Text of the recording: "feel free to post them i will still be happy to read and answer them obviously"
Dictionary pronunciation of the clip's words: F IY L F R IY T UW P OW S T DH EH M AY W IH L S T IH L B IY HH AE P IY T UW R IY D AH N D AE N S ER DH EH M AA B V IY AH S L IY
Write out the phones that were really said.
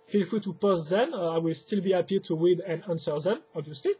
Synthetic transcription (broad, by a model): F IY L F IY T UW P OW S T DH EH M AY W IH L S T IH L B IY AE P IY T UW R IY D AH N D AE N S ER DH EH M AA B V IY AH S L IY